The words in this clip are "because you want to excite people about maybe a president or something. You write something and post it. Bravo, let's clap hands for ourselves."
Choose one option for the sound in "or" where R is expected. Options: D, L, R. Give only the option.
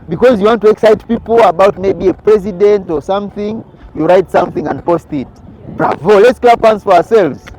R